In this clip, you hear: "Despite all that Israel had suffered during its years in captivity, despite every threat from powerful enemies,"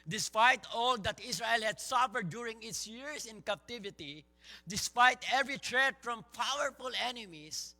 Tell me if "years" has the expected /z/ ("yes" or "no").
no